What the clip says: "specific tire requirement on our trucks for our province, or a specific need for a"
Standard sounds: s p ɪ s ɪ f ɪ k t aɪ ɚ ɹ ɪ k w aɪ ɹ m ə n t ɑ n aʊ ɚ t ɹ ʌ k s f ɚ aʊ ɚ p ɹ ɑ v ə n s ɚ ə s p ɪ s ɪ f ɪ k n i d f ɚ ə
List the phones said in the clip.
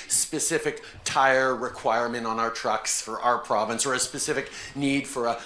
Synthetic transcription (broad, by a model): s p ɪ s ɪ f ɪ k t aɪ ɚ ɹ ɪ k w aɪ ɹ m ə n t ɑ n aʊ ɚ t ɹ ʌ k s f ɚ aʊ ɚ p ɹ ɑ v ə n s ɚ ə s p ɪ s ɪ f ɪ k n i d f ɚ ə